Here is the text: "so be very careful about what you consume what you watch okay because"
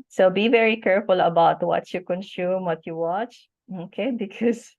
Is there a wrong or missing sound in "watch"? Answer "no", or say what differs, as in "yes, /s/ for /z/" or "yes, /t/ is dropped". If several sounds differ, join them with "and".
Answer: no